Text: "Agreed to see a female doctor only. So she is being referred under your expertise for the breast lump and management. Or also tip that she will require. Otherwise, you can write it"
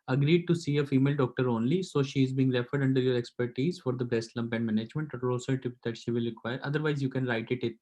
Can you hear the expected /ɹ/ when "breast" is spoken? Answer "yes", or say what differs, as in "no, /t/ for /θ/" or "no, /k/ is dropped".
no, /ɹ/ is dropped